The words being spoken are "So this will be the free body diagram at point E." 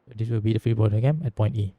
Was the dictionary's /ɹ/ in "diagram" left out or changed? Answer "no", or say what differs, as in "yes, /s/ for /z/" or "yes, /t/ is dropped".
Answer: yes, /ɹ/ is dropped